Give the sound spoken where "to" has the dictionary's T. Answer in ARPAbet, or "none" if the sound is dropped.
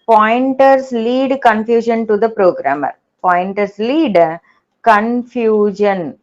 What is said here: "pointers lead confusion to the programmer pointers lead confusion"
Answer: T